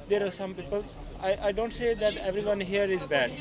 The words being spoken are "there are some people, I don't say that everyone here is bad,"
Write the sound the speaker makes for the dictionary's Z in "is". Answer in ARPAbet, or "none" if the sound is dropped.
Z